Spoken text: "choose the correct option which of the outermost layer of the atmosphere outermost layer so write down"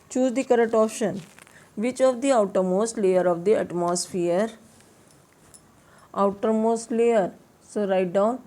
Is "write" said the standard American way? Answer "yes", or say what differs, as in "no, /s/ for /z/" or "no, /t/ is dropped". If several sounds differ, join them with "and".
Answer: yes